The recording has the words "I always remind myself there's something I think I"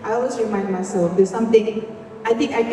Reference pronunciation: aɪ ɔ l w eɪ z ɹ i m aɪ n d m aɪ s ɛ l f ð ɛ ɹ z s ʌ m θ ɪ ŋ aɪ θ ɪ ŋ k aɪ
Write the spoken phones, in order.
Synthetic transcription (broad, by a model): aɪ ɔ l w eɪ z ɹ i m aɪ n d m aɪ s ɛ l f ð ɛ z s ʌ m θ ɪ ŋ aɪ t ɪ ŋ k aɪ